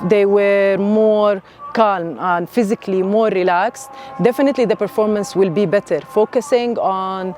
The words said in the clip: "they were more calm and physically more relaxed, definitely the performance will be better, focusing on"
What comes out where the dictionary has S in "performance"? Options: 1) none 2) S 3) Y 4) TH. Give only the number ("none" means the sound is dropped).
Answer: 2